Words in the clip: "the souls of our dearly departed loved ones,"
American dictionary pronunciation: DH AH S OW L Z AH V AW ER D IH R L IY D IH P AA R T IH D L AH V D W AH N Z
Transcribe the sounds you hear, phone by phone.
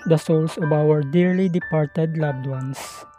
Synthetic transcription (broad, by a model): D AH S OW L S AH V AW ER D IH R L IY D IH P AA R T IH D L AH B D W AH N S